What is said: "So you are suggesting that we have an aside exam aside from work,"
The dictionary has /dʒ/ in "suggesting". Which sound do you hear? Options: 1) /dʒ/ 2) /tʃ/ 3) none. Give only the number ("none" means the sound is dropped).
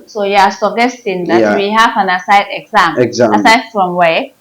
3